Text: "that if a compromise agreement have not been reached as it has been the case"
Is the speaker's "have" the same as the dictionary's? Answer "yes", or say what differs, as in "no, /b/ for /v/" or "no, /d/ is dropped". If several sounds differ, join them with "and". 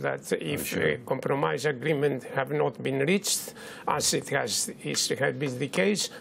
yes